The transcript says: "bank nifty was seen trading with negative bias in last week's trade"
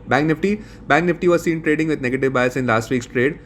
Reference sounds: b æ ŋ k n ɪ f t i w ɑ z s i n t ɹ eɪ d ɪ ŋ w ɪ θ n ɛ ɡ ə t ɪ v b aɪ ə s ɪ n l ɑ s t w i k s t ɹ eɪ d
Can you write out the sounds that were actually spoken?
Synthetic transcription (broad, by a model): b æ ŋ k n ɪ f t i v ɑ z s i n t ɹ eɪ d ɪ ŋ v ɪ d n ɛ ɡ ə t ɪ v b aɪ ə s ɪ n l ɑ s t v i k s t ɹ eɪ d